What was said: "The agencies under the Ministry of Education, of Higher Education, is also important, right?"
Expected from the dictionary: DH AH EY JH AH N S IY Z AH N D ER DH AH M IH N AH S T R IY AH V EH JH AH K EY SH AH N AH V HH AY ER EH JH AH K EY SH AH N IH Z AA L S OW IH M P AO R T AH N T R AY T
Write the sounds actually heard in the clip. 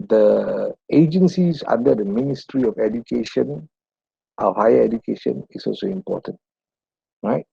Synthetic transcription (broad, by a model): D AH EY JH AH N S IY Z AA N D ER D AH M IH N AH S T R IY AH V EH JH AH K EY SH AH N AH HH AY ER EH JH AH K EY SH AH N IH S AA L S OW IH M P AO T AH N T R AY T